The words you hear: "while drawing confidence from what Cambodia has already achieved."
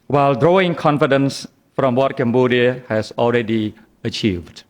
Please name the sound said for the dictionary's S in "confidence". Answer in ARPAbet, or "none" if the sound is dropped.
S